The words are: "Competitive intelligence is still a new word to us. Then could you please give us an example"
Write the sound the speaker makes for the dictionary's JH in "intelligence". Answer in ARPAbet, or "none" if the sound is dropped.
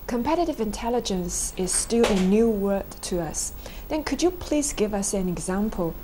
JH